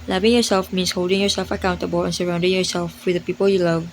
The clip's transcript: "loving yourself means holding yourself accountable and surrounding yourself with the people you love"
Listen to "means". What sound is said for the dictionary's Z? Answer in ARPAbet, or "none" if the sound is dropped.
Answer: S